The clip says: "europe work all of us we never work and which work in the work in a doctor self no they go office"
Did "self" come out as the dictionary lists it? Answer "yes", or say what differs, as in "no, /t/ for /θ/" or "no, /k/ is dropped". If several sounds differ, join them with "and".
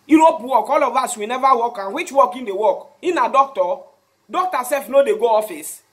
no, /l/ is dropped